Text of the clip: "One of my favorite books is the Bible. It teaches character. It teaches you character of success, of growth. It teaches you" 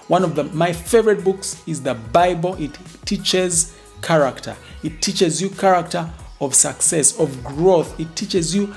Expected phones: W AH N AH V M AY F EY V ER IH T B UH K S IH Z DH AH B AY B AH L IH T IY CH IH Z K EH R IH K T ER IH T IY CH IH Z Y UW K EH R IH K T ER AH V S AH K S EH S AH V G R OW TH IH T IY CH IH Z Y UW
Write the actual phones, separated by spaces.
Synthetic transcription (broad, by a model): W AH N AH V M AY F EY V ER IH T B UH K S IH Z DH AH B AY B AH L IH T IY CH IH Z K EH R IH K T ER IH T IY CH IH Z Y UW K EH R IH K T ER AH V S AH K S EH S AH V G R OW TH IH T IY CH IH Z Y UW